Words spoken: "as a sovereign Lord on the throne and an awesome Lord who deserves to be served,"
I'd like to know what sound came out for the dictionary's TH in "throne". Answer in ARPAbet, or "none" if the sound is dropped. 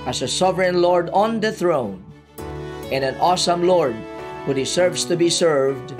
TH